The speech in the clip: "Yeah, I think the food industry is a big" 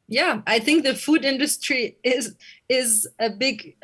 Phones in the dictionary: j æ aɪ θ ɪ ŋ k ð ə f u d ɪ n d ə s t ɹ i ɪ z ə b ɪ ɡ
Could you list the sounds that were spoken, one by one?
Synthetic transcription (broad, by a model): j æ aɪ θ ɪ ŋ k ð ə f u d ɪ n d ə s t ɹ i ɪ z ə b ɪ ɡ